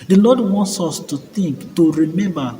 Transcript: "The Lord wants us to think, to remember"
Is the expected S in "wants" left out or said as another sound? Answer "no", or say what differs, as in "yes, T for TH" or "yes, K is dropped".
no